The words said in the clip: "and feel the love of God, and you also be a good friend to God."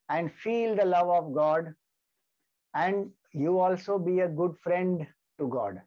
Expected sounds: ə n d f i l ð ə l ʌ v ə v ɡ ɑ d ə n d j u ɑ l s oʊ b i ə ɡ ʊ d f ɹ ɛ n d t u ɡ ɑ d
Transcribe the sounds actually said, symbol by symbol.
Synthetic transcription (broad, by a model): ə n d f i l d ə l ʌ v ə v ɡ ɑ d ə n d j u ɑ l s oʊ b i ə ɡ ʊ d f ɹ ɛ n d t u ɡ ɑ d